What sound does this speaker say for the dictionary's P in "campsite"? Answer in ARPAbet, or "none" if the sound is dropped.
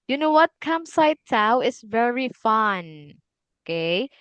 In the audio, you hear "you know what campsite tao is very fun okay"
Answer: none